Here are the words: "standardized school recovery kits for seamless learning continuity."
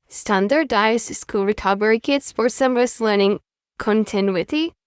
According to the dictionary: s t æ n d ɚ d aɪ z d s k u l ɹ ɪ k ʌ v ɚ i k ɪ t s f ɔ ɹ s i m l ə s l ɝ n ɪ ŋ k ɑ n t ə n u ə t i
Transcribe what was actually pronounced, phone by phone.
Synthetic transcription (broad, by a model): s t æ n d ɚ d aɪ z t s k u l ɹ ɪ k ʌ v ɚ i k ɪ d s f ɔ ɹ s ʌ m ə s l ɝ n ɪ ŋ k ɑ n t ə n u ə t i